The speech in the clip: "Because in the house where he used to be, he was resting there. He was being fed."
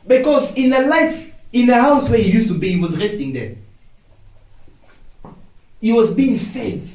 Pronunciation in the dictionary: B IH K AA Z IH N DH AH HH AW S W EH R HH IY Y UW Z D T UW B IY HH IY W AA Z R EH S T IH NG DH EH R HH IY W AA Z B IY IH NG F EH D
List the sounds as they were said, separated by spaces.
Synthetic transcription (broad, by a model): B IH K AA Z IH N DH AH HH AW S W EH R HH IY Y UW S T UW B IY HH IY W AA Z R EH S T IH NG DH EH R HH IY W AA Z B IY IH NG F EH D